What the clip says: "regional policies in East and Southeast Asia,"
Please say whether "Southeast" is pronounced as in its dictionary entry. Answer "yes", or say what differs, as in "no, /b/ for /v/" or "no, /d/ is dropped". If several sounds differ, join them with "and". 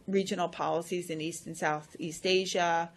yes